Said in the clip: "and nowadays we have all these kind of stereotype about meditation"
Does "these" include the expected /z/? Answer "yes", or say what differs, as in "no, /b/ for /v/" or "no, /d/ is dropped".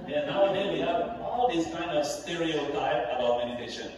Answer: no, /s/ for /z/